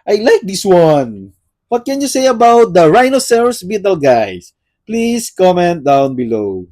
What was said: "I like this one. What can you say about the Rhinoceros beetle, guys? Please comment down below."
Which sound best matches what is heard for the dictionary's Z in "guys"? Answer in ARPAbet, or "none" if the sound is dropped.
S